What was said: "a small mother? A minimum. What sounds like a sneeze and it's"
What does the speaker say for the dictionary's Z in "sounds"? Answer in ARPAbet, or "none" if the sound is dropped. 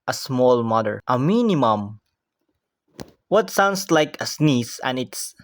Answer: S